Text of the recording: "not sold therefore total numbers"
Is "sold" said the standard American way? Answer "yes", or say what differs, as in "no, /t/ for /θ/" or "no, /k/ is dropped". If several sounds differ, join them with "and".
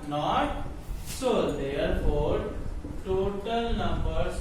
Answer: no, /l/ is dropped